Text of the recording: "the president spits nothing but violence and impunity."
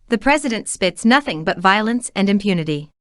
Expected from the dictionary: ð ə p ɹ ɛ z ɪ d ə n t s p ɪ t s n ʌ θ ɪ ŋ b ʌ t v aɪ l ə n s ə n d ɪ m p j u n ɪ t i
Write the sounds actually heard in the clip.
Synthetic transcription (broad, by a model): ð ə p ɹ ɛ z ɪ d ə n t s p ɪ t s n ʌ θ ɪ ŋ b ʌ t v aɪ l ə n s ə n d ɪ m p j u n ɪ t i